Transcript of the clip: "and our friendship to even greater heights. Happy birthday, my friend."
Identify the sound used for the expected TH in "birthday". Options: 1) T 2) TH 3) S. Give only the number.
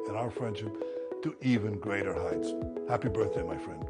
2